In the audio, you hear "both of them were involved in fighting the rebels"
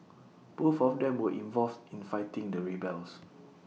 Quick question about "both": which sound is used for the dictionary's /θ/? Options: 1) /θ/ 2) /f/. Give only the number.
2